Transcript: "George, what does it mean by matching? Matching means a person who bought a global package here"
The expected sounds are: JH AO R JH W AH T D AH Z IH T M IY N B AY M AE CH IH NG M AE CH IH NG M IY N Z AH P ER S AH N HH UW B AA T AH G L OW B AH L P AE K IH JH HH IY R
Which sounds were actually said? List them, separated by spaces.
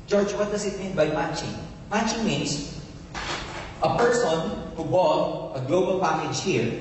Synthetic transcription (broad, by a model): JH AO R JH W AH T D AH S IH T M IY N B AY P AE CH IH NG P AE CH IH NG M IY N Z AH P ER S AH N HH UW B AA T AH G L OW B AH L P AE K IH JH HH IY R